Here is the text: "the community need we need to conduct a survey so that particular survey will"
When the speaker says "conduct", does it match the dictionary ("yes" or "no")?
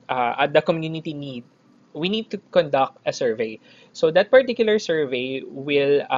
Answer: yes